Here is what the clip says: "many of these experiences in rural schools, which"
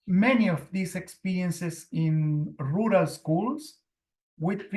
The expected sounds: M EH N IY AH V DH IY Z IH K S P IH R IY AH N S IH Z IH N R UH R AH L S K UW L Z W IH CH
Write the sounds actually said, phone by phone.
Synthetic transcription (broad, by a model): M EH N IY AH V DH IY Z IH K S P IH R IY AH N S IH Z IH N R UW R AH L S K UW L S W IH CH